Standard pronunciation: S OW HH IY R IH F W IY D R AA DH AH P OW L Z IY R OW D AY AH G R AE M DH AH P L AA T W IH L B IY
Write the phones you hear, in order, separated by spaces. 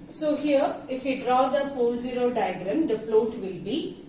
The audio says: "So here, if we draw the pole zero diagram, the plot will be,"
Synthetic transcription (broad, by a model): S OW HH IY R IH F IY D R AA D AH F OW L Z IY R OW D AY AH G R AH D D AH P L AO T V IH L B IY